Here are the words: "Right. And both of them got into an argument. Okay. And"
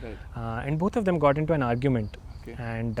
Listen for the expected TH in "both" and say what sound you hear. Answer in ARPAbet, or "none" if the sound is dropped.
T